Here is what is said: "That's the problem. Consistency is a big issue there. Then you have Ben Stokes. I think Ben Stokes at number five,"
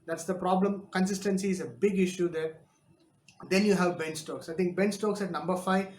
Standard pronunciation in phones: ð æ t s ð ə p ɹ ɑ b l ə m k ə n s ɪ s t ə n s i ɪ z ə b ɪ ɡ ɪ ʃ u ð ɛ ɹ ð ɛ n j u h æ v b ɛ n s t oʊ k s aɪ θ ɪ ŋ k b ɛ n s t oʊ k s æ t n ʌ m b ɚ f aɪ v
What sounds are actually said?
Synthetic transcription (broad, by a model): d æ t s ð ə p ɹ ɑ b l ə m k ə n s ɪ s t ə n s i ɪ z ə b ɪ ɡ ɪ ʃ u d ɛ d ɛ n j u h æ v b ɛ n s t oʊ k s aɪ t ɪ ŋ k b ɛ n s t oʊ k s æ t n ʌ m b ɚ f aɪ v